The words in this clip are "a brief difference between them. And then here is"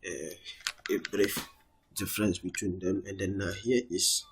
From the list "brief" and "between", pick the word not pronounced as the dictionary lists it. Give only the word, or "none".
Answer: none